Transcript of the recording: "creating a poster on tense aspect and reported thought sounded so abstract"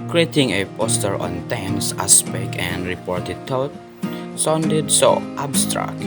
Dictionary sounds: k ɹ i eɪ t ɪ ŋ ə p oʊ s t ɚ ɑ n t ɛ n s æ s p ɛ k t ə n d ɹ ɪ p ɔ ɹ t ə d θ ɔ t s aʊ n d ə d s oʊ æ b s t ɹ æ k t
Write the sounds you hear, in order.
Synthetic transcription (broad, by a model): k ɹ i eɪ t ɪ ŋ ə p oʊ s t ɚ ɑ n t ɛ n s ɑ s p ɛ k ə n d ɹ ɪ p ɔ ɹ t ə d t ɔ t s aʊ n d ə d s oʊ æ b s t ɹ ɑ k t